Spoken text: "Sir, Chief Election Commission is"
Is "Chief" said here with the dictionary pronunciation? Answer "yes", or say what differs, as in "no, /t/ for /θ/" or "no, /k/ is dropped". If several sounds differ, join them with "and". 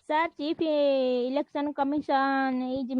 no, /p/ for /f/